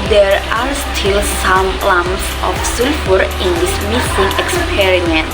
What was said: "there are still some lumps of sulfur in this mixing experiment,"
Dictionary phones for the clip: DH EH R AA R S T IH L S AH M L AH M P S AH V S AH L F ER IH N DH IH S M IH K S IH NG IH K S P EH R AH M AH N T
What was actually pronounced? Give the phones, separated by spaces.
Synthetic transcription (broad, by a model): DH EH R AA R S T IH L S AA M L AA M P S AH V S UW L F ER IH N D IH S M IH S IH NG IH K S P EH R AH M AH N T